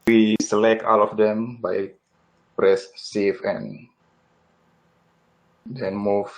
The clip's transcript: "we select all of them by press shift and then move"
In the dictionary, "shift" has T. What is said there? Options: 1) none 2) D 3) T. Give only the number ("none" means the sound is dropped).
1